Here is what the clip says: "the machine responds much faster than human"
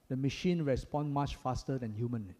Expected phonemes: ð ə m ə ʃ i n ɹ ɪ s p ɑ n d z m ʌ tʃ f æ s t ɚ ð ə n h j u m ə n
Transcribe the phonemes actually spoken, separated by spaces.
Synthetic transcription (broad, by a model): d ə m ə ʃ i n ɹ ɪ s p ɑ n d m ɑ tʃ f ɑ s t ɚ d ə n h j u m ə n